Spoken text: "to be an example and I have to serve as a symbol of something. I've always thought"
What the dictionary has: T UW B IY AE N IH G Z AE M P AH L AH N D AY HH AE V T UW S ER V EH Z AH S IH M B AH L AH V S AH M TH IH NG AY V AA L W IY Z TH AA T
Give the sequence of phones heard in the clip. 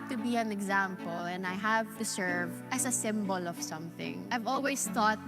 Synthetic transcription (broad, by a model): T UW B IY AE N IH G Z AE M P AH L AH N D AY HH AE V T UW S ER V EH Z AH S IH M B AH L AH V S AH M TH IH NG AY V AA L W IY S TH AA T